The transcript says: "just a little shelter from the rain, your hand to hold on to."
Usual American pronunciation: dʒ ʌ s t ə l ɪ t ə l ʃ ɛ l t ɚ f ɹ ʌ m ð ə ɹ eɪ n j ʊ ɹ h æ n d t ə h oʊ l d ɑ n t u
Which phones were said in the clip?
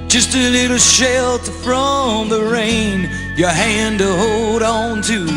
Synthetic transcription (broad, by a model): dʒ ʌ s t ə l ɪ t l ʃ ɛ l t f ɹ ʌ m ð ə ɹ eɪ n j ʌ ɹ h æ n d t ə h oʊ l d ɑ n t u